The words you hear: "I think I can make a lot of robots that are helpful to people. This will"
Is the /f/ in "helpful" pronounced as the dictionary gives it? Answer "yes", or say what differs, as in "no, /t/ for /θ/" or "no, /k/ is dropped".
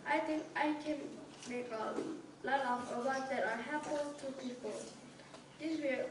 no, /f/ is dropped